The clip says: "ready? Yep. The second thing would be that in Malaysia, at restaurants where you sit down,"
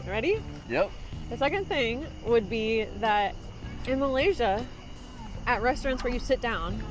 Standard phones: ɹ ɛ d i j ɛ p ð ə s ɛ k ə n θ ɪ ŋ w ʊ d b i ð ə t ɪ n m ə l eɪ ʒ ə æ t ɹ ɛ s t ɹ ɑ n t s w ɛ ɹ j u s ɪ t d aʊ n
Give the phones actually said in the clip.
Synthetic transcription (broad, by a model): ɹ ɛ d i j ɛ p ð ə s ɛ k ə n θ ɪ ŋ w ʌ d b i ð ə t ɪ n m ə l eɪ ʒ ə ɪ t ɹ ɛ s t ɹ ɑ n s w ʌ ɹ j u s ɪ t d aʊ n